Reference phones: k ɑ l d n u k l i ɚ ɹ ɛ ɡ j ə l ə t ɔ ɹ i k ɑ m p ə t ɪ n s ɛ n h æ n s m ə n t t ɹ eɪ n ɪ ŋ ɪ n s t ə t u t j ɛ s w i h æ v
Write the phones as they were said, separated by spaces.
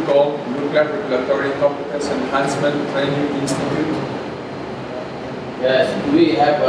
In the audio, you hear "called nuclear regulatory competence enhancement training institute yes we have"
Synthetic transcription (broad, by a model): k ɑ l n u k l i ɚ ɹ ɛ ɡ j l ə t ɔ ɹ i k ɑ p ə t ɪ s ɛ n h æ n s m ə n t t ɹ eɪ n ɪ ŋ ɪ n s t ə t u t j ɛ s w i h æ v